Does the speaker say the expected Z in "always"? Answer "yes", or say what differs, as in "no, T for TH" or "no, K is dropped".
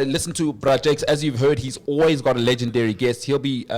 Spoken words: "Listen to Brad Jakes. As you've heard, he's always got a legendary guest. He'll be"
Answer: yes